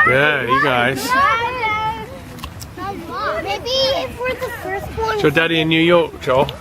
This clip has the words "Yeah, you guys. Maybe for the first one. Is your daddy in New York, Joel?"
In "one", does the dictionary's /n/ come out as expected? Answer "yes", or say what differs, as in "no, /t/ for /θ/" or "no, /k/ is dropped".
no, /n/ is dropped